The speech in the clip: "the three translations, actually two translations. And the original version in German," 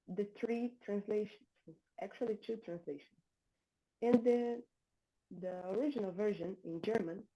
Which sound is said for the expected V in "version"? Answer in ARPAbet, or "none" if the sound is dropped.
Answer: V